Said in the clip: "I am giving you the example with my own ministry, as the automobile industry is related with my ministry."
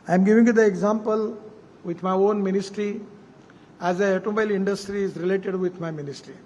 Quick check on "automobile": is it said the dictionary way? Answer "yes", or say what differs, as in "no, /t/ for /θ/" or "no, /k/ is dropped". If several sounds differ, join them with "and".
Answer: no, /b/ is dropped